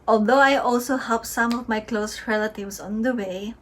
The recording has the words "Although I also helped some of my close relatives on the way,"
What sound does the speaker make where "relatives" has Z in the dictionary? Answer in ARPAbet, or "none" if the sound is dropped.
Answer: S